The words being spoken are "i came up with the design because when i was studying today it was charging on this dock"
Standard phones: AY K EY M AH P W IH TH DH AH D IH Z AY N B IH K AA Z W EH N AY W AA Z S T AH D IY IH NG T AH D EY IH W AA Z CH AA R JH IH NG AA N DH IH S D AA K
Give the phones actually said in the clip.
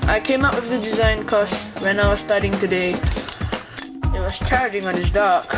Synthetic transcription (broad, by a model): AY K EY M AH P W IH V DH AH D IH Z AY N K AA S W EH N AY W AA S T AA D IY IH NG T AH D EY IH W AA S CH AA R JH IH NG AA N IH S D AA K